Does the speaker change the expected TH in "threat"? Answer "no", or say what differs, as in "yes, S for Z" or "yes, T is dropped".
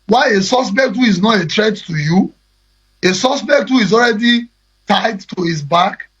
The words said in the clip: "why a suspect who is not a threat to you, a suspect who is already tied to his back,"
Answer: yes, T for TH